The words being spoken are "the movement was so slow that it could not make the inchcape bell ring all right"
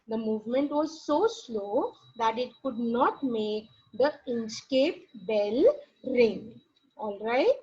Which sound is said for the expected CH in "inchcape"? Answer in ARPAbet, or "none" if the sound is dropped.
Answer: S